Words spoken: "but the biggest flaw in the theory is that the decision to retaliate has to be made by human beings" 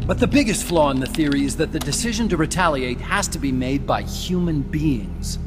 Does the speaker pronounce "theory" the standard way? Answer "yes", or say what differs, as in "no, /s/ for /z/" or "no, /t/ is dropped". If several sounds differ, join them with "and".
yes